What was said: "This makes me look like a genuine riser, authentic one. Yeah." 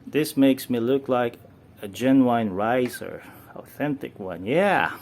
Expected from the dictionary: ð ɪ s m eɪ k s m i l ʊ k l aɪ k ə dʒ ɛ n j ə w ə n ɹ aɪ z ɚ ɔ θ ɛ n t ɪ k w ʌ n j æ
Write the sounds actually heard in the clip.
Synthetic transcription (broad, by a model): ð ɪ s m eɪ k s m i l ʊ k l aɪ k ə dʒ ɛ n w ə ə n ɹ aɪ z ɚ ɔ θ ɛ n t ɪ k w ʌ n j æ